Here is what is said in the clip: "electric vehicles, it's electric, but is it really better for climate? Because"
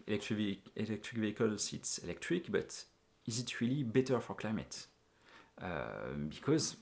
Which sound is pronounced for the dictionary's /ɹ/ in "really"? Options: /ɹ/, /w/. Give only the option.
/ɹ/